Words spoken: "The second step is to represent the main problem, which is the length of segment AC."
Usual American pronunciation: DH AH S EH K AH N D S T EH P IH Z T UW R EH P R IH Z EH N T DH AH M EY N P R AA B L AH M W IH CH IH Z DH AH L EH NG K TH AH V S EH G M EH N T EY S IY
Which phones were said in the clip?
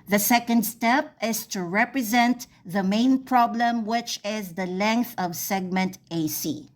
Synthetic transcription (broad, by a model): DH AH S EH K AH N D S T EH P IH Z T UW R EH P R IH Z EH N T DH AH M EY N P R AA B L AH M W IH CH IH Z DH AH L EH NG K TH AH V S EH G M EH N T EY S IY